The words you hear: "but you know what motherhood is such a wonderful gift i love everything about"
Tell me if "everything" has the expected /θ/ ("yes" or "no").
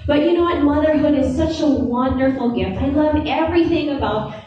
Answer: yes